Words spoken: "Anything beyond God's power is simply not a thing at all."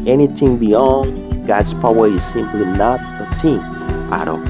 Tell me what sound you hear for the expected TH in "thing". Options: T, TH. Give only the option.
T